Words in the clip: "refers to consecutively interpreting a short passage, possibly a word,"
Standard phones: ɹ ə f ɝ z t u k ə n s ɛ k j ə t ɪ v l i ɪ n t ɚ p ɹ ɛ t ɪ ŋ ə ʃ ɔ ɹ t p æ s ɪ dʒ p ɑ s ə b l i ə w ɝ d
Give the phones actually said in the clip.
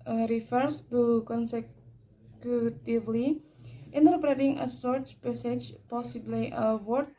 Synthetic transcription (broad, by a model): ɹ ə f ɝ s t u k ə n s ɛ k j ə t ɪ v l i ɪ n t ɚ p ɹ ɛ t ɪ ŋ ə s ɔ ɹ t p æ s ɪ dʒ p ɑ s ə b l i ə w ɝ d